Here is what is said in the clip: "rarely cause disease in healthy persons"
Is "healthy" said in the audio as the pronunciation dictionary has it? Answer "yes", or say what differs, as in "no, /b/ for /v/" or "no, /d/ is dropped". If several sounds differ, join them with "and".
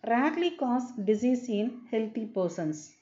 no, /t/ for /θ/